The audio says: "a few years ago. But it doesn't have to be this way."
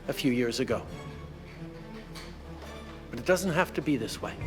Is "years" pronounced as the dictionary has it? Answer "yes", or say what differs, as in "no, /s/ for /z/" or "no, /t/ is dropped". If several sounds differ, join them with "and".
yes